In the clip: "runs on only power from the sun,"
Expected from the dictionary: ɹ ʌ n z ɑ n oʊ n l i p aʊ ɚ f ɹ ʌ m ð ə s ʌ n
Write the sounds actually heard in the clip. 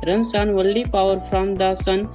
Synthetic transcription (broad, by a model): ɹ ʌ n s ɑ n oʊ l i p aʊ ɚ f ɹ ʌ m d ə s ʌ n